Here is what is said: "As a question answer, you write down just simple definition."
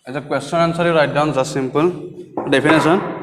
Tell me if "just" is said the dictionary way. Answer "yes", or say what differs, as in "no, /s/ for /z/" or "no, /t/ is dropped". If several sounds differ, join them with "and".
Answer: no, /z/ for /dʒ/